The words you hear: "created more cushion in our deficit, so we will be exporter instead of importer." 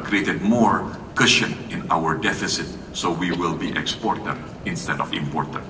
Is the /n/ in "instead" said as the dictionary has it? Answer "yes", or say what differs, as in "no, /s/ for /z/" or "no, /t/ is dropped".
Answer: yes